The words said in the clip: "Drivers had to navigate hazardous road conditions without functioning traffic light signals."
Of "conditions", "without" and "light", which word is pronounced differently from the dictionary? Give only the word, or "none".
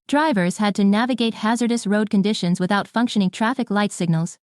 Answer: none